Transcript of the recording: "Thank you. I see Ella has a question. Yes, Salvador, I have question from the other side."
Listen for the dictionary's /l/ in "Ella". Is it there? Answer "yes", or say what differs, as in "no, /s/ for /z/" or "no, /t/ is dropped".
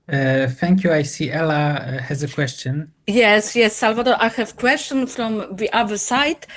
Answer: yes